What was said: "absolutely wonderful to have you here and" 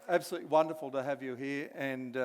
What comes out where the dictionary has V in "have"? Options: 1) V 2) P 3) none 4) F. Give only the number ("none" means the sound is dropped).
1